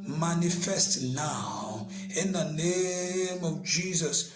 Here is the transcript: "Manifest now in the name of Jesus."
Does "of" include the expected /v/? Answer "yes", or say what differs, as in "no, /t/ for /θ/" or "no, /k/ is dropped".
yes